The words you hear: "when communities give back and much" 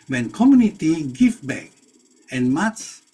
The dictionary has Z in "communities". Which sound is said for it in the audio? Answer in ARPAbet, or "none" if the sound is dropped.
none